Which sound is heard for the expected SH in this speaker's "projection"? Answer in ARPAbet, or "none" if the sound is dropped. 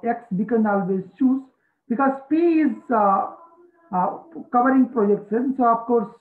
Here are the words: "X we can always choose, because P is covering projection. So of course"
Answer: S